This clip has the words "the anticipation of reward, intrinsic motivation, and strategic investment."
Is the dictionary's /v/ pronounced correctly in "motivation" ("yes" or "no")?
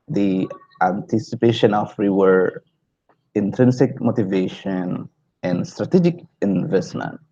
yes